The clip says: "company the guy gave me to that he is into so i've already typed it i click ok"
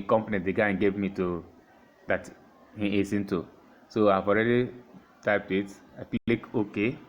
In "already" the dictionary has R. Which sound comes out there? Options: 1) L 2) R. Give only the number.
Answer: 2